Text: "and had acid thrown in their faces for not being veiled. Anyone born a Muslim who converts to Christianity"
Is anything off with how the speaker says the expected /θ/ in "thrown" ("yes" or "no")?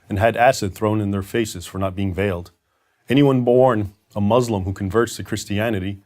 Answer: no